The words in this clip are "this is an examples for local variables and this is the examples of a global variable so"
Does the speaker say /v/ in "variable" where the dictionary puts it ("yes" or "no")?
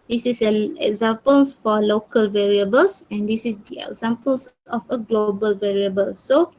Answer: yes